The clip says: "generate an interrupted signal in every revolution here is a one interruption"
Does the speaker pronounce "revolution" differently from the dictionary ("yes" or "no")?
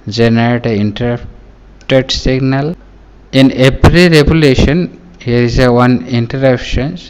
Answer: yes